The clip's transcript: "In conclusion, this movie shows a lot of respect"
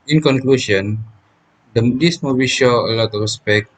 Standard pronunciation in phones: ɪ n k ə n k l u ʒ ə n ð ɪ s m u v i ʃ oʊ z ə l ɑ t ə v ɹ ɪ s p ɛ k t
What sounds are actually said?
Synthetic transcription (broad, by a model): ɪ n k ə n k l u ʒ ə n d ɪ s m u b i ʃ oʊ ə l ɑ t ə f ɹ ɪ s p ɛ k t